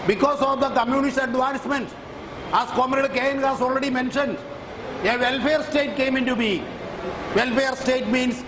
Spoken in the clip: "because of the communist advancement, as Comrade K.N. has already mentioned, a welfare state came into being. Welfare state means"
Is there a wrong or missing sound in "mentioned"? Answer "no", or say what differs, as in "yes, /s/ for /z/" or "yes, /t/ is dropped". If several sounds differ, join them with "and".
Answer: no